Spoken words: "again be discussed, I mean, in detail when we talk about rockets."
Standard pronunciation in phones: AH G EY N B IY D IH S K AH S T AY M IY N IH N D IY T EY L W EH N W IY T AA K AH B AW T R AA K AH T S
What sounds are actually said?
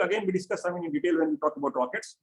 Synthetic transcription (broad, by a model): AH G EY N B IY D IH S K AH S AY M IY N IH N D IY T EY L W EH N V IY T AA K AH B AW T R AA K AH T S